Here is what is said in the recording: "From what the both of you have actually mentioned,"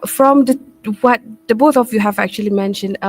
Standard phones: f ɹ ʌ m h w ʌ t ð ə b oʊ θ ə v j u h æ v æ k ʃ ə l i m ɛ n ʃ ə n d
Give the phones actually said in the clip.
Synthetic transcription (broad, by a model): f ɹ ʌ m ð w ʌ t ð ə b oʊ θ ə v j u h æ v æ k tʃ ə l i m ɛ n ʃ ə n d